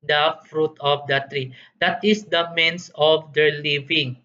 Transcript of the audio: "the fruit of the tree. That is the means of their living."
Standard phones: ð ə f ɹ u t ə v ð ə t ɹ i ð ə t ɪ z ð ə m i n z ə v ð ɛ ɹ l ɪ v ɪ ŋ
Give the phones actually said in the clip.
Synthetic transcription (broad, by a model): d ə f ɹ u t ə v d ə t ɹ i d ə t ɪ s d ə m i n s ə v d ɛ ɹ l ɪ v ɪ ŋ